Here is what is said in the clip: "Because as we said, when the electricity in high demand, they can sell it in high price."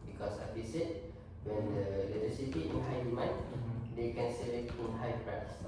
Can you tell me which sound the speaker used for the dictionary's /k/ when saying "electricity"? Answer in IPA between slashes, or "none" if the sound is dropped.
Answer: none